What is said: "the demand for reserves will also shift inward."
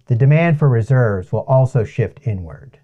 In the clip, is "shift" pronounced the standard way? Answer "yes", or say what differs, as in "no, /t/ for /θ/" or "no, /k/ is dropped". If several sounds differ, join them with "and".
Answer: yes